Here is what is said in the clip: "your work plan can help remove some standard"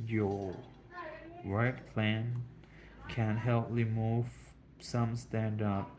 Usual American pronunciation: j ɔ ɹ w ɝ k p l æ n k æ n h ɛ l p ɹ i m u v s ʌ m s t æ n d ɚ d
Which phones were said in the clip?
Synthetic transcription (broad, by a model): j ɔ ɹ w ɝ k p l æ n k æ n h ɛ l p l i m u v s ʌ m s t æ n d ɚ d